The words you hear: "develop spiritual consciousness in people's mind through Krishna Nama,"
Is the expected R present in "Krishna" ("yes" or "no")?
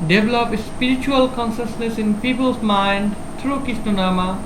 no